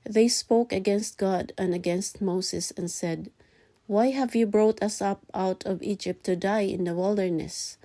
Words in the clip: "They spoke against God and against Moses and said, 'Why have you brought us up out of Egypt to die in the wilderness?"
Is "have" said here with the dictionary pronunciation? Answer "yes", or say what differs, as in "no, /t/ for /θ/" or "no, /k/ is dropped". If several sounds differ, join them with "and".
yes